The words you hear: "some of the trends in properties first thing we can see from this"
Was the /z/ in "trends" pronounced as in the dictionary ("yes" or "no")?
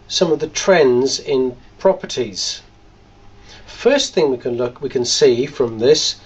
yes